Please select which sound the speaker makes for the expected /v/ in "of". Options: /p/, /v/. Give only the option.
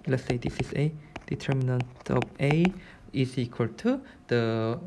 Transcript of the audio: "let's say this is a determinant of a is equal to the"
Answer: /p/